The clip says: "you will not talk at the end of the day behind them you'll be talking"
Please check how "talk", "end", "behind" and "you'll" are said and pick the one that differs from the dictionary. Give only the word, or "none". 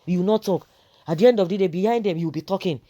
you'll